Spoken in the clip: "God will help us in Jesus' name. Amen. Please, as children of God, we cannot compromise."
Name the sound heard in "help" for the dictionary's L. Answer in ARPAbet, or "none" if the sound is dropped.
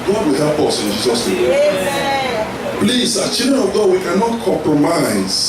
none